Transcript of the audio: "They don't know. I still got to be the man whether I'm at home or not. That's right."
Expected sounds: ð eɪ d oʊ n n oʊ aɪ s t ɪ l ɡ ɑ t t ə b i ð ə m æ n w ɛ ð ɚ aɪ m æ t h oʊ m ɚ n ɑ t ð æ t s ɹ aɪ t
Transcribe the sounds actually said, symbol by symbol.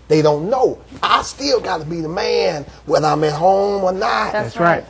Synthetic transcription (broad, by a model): ð eɪ d oʊ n n oʊ aɪ s t ɪ l ɡ ɑ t t ə b i ð ə m æ n w ɛ ð ɚ aɪ m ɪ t h oʊ m ɚ n ɑ t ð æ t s ɹ aɪ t